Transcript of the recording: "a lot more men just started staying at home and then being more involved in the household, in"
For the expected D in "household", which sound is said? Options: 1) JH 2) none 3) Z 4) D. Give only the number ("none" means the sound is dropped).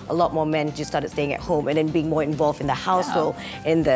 2